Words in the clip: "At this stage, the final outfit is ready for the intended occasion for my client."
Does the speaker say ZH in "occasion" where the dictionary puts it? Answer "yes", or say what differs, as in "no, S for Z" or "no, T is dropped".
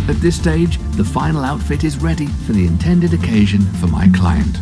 yes